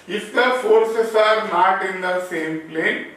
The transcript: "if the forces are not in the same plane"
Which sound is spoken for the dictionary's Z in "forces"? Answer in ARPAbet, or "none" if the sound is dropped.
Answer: S